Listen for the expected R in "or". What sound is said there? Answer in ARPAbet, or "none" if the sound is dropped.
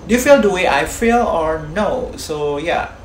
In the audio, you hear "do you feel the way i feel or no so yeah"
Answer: R